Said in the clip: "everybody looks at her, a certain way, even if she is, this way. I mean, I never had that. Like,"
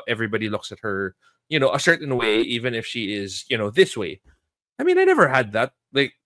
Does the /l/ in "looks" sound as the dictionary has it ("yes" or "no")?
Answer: yes